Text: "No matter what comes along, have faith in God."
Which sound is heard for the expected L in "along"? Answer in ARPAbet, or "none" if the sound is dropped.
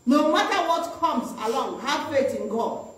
L